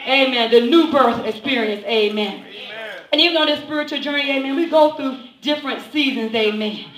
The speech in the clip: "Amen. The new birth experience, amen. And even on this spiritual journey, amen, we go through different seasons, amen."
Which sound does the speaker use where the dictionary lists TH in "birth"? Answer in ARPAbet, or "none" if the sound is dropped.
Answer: TH